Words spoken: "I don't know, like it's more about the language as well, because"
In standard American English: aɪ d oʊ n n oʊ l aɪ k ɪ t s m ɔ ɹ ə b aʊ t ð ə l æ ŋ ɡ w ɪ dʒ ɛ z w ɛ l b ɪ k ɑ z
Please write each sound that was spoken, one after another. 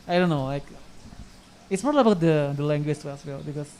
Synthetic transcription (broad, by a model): aɪ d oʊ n n oʊ l aɪ k ɪ t s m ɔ l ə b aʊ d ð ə l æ ŋ ɡ w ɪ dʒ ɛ s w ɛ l b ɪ k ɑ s